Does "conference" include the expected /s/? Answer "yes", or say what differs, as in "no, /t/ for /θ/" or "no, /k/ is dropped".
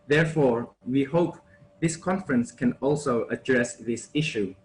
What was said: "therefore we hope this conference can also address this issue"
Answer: yes